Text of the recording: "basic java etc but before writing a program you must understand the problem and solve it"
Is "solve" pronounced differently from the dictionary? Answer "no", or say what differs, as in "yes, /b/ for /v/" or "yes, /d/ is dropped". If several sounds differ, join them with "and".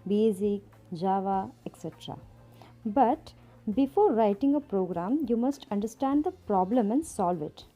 no